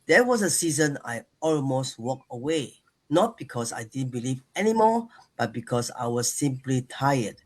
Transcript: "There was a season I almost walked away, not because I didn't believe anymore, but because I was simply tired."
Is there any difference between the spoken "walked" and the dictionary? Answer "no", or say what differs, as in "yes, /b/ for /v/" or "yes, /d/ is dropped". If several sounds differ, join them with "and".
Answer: yes, /t/ is dropped